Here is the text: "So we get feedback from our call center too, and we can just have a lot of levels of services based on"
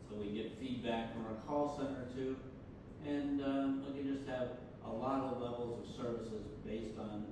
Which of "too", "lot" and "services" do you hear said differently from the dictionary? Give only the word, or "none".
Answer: none